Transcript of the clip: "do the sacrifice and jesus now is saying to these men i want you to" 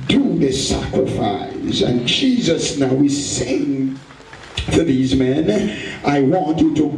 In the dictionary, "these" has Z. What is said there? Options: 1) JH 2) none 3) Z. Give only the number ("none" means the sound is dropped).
3